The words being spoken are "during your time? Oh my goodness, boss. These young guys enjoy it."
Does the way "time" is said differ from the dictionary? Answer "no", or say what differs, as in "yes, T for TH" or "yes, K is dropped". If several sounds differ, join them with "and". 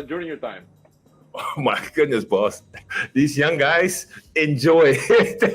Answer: no